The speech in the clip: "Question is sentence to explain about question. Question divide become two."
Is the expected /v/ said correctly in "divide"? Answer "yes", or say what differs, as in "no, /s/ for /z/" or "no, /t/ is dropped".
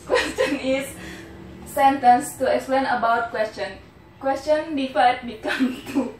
no, /f/ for /v/